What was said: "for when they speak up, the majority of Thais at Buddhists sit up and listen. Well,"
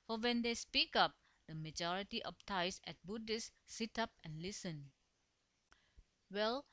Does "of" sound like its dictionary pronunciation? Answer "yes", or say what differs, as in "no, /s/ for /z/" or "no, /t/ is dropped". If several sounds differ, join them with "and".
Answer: no, /p/ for /v/